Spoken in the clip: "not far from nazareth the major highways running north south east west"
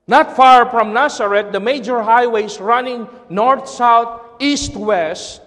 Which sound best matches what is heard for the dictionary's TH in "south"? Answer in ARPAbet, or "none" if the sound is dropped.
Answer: T